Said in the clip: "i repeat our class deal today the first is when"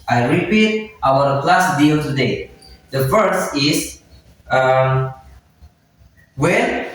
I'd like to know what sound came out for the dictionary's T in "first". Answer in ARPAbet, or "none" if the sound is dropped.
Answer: none